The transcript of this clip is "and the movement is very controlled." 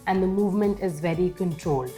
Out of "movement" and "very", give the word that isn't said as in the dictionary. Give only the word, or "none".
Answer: none